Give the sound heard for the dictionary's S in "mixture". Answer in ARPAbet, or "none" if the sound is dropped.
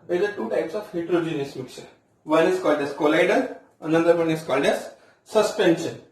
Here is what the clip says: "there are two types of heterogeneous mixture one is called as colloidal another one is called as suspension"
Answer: none